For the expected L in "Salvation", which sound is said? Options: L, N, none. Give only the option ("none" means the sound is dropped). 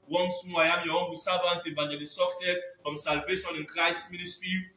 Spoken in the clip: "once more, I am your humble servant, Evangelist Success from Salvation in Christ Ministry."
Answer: L